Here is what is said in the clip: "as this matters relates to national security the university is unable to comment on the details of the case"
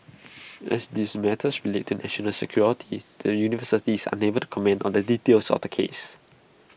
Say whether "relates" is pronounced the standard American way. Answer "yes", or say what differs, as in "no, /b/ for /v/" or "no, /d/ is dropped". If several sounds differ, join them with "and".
no, /s/ is dropped